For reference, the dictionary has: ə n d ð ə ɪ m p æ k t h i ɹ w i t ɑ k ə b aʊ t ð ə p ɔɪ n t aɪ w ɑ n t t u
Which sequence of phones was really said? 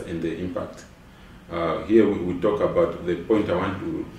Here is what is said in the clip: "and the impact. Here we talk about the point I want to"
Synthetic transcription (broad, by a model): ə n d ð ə ɪ m p æ k t h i w w i t ɑ k ə b aʊ t ð ə p ɔɪ n t aɪ w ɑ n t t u